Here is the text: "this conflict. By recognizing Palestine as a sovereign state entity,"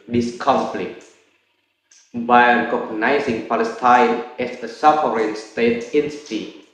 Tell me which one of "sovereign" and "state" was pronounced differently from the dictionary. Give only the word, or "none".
sovereign